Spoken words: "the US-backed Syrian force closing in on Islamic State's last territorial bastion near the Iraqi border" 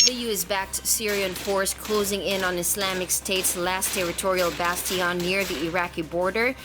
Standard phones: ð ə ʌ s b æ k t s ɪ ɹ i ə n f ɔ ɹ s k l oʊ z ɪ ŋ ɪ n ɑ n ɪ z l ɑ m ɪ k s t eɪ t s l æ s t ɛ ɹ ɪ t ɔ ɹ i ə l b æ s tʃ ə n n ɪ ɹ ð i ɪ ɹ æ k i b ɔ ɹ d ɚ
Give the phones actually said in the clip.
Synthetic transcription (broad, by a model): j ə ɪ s b æ k t s ɪ ɹ i ə n f ɔ ɹ s k l oʊ z ɪ ŋ ɪ n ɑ n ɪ s l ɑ m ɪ k s t eɪ t s l æ s t ɛ ɹ ɪ t ɔ ɹ i ə l b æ s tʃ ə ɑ n ɪ ɹ ð i ɪ ɹ æ k i b ɔ ɹ d ɚ